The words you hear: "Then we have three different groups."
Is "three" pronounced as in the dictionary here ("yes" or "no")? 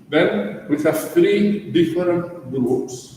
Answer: no